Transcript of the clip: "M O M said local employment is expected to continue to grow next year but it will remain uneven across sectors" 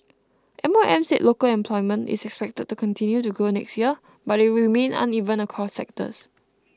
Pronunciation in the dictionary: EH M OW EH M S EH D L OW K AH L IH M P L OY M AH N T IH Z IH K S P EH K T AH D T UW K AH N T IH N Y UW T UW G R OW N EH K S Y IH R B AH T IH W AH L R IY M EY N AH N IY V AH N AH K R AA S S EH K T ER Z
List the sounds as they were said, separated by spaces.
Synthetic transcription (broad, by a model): EH M OW EH M S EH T L OW K AH L IH M P L OY M AH N T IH S IH K S P EH K T AH D T UW K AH N T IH N Y UW T UW G OW N EH K S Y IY AH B IH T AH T R IY M EY N AH N IY V AH N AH K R AA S S EH K T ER S